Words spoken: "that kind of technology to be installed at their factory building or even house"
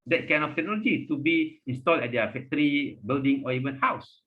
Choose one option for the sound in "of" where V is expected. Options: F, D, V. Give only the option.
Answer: F